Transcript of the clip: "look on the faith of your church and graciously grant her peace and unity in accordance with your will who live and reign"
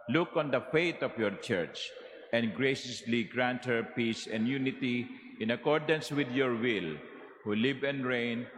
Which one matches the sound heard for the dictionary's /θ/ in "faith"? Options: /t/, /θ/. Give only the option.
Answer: /t/